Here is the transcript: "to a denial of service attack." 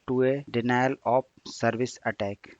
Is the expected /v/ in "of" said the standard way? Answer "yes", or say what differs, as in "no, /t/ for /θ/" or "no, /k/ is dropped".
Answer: no, /p/ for /v/